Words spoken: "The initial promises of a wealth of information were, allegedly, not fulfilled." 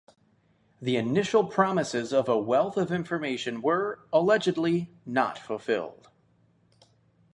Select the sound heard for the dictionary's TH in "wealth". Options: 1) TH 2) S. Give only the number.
1